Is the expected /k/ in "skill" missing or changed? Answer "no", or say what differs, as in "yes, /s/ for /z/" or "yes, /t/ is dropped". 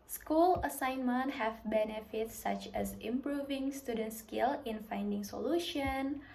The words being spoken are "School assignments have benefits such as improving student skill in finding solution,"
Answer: no